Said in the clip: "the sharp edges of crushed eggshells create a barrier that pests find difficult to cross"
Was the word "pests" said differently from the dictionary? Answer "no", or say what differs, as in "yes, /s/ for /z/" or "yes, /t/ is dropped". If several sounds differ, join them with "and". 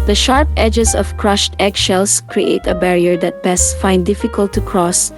yes, /b/ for /p/